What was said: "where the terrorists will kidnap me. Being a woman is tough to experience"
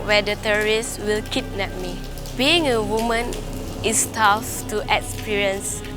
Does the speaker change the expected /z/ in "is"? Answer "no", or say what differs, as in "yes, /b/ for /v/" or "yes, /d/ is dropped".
yes, /s/ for /z/